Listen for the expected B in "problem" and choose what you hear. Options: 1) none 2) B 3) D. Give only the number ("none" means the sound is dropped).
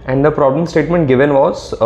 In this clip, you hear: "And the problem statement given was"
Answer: 2